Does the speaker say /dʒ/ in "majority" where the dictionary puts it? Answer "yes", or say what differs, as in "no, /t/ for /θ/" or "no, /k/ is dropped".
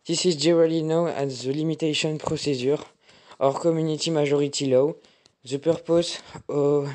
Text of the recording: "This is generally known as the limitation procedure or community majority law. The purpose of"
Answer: no, /ʒ/ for /dʒ/